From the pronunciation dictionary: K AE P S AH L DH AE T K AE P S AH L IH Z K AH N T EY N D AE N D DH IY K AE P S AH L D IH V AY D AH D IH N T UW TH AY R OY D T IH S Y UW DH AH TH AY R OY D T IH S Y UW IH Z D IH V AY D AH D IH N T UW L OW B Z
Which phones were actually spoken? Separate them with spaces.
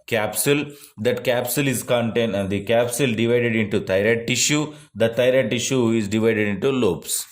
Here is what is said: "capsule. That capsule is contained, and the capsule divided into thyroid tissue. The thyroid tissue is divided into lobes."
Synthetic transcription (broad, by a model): K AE P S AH L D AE T K AE P S AH L IH Z K AH N T EY N D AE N D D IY K AE P S AH L D IH V AY D AH D IH N T UW T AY R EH T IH SH Y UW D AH T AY R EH T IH SH Y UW IH Z D IH V AY D AH D IH N T UW L OW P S